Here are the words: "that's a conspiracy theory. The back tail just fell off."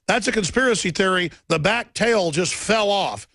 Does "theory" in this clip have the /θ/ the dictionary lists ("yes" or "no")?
yes